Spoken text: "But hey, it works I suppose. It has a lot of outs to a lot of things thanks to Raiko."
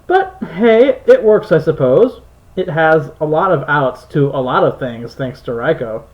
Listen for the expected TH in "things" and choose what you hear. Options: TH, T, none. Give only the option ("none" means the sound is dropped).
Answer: TH